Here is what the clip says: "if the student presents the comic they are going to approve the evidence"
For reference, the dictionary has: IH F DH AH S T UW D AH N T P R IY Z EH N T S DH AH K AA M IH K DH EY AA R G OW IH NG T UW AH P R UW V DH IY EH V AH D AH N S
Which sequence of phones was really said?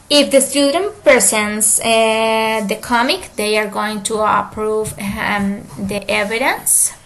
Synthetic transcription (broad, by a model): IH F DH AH S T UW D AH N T P IY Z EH N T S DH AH K AA M IH K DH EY AA R G OW IH NG T UW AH P R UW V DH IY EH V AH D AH N S